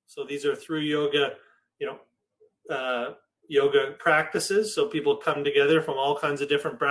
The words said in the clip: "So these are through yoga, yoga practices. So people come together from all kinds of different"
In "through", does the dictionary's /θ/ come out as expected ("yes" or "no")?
yes